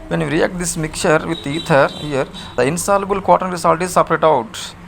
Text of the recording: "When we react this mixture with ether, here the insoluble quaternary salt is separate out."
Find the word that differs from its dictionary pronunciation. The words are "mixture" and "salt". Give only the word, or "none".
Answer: mixture